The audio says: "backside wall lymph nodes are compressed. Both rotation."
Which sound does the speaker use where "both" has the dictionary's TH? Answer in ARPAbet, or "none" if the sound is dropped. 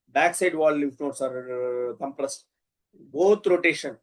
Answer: T